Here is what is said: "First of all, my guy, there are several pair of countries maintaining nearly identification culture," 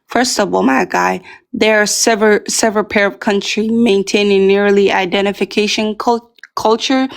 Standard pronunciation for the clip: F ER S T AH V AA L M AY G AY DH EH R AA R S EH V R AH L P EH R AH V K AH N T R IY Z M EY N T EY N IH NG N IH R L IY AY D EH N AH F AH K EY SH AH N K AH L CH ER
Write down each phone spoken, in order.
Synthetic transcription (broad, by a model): F ER S T AH V AA L M AY G AY DH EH R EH R S EH V R AH L P EH R AH V K AH N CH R IY M EY N T EY N IH NG N IH R L IY AY D EH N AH F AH K EY SH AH N K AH L CH ER